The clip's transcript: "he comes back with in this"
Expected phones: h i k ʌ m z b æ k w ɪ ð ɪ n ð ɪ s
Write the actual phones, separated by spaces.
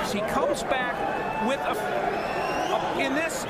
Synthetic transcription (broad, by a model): h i k ʌ m z b æ k w ɪ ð ɪ n ð ɪ s